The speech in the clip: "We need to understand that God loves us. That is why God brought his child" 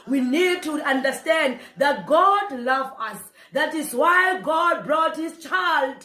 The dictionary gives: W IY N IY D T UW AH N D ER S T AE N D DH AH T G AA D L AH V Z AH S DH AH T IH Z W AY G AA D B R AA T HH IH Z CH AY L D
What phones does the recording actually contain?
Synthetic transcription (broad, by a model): W IY N IY D T UW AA N D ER S T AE N D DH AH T G AA D L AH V AH S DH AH T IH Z W AY G AA D B R AA T HH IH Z CH AY L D